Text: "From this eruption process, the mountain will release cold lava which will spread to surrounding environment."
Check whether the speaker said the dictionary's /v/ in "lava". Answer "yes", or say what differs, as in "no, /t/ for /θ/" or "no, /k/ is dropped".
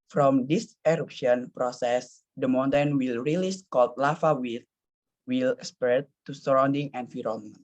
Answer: no, /f/ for /v/